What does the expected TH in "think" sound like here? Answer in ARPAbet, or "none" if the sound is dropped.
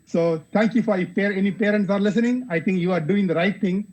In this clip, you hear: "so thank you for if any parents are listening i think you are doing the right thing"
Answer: T